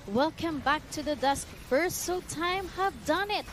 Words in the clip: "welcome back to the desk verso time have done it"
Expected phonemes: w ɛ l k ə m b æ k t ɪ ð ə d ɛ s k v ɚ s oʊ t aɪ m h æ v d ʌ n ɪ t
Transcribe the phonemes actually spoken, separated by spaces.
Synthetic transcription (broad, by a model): w ɛ l k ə m b æ k t ɪ ð ə d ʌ s k f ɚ s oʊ t aɪ m h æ v d ʌ n ɪ t